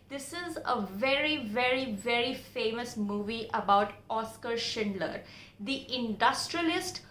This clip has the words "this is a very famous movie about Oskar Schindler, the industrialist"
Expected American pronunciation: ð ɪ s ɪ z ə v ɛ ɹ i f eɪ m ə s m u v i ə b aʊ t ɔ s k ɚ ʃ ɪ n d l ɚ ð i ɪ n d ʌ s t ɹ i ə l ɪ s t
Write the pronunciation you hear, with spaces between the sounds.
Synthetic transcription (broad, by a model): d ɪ s ɪ z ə v ɛ ɹ i f eɪ m ə s m u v i ə b aʊ t ɔ s k ɚ ʃ ɪ n d l ɚ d i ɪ n d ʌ s t ɹ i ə l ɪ s t